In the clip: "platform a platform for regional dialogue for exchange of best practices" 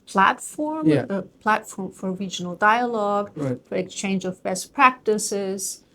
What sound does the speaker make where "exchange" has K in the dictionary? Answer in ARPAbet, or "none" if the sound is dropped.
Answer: K